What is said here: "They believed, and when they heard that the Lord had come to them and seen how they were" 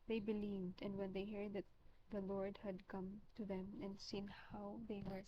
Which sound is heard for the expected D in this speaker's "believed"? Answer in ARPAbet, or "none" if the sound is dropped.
D